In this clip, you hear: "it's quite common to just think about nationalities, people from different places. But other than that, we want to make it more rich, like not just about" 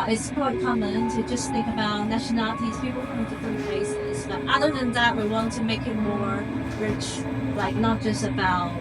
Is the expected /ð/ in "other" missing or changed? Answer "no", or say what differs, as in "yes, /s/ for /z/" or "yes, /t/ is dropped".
no